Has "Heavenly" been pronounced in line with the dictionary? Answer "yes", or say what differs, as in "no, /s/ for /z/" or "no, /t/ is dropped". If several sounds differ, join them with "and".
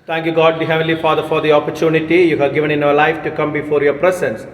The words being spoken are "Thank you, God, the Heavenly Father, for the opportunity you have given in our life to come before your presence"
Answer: no, /n/ is dropped